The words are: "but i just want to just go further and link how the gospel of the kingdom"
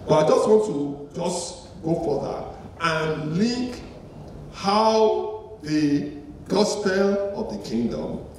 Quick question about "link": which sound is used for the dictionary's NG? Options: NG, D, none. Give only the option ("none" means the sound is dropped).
none